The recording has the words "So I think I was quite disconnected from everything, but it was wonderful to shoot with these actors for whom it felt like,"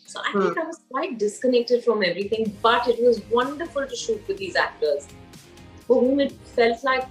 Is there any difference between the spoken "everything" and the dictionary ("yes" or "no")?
yes